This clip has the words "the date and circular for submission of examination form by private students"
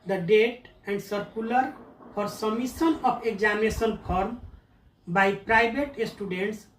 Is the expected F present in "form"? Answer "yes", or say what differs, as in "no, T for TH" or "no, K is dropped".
no, P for F